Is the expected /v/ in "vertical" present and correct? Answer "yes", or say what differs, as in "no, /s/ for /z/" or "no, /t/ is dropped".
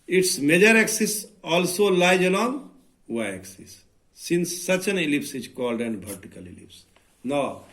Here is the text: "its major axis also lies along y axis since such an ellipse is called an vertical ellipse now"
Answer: no, /b/ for /v/